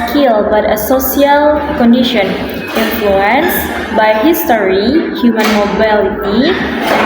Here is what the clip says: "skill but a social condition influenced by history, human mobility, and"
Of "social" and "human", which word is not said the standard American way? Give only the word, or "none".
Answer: social